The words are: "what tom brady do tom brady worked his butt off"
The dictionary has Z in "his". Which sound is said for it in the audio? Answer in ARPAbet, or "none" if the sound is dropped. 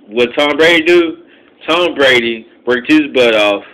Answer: Z